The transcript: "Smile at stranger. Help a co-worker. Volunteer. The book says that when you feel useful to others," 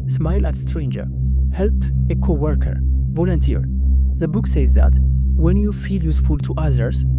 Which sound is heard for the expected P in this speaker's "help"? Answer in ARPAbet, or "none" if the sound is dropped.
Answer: P